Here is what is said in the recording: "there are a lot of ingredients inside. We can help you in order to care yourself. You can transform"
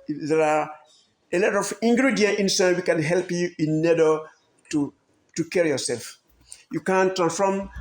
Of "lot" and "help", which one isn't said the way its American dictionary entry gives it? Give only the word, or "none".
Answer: none